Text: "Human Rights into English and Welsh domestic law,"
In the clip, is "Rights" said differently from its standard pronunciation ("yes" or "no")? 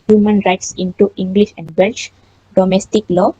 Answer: no